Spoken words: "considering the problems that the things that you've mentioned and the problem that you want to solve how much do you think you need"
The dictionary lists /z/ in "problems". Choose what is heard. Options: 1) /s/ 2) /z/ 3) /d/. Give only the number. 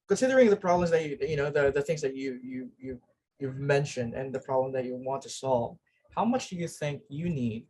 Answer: 2